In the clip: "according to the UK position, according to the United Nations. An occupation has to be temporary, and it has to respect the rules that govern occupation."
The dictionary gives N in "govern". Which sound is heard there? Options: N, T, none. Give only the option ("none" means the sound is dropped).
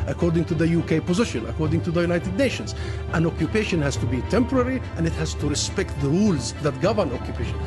N